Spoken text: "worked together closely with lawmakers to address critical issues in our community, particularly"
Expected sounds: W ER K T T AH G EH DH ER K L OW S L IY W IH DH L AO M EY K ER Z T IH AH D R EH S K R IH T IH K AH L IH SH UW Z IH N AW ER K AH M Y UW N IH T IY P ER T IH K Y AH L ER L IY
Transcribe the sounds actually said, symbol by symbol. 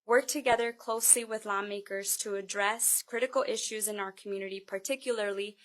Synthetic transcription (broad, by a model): W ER K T T AH G EH DH ER K L OW S L IY W IH DH L AO M EY K ER Z T IH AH D R EH S K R IH T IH K L IH SH UW Z IH N AW ER K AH M Y UW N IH T IY P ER T IH K Y L ER L IY